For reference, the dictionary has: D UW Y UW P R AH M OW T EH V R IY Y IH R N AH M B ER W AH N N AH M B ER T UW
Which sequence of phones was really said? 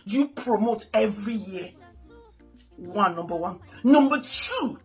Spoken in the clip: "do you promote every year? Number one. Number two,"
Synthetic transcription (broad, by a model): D Y UW P R AH M OW T EH V R IY Y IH W N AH M B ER W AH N N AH M B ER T UW